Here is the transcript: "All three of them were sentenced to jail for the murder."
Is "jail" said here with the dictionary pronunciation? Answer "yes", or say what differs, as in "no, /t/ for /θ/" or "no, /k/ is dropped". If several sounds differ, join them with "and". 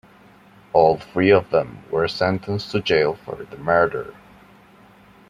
yes